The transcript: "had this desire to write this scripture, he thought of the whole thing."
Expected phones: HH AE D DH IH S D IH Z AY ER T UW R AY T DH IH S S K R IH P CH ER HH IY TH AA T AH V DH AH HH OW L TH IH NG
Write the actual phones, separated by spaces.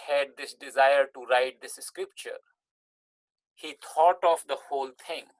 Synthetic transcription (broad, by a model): HH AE D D IH S D IH Z AY ER T UW R AY T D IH S S K R IH P CH ER HH IY T AA T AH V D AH HH OW L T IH NG